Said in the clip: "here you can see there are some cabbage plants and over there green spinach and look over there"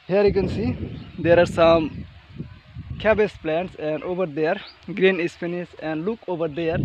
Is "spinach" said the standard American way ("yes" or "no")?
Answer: no